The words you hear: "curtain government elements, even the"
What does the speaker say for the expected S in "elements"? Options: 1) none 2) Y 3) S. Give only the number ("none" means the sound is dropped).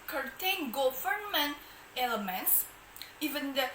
3